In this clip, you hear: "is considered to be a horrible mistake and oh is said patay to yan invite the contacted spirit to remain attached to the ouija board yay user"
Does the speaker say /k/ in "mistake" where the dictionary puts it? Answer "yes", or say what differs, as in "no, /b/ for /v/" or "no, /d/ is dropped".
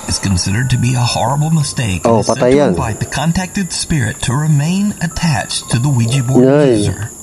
no, /k/ is dropped